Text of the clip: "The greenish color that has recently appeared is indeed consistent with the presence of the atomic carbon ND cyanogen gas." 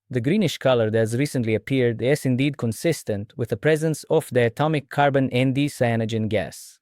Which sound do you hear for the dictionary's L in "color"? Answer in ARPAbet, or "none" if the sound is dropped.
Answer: L